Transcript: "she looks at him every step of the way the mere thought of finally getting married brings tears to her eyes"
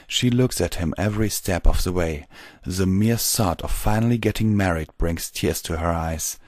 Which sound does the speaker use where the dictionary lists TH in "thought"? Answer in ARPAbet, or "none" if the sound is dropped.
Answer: S